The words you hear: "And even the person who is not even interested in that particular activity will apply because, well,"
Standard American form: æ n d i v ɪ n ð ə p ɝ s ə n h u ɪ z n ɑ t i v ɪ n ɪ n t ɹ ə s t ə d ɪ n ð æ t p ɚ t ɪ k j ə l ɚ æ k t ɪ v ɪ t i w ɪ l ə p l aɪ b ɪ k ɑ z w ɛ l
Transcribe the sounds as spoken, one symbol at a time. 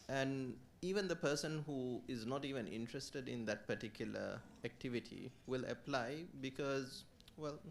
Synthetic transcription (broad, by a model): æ n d i v ɪ n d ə p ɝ s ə n h u ɪ z n ɑ t i v ɪ n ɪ n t ɹ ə s t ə d ɪ n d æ t p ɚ t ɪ k j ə l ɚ æ k t ɪ v ɪ t i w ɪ l ə p l aɪ b ɪ k ɑ z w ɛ l